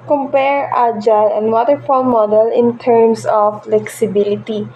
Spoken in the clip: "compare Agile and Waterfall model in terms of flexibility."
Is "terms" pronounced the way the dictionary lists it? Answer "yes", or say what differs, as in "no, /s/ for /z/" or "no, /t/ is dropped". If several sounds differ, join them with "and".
no, /s/ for /z/